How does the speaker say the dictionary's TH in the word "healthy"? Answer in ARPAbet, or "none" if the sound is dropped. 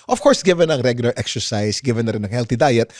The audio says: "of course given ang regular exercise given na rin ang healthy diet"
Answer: T